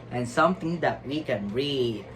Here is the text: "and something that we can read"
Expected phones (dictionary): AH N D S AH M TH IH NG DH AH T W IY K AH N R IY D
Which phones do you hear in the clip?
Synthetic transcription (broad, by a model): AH N S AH M T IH NG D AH T W IY K AH N R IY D